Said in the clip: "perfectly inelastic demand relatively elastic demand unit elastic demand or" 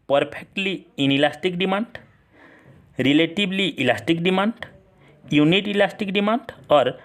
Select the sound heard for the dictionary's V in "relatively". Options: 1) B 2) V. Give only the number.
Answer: 1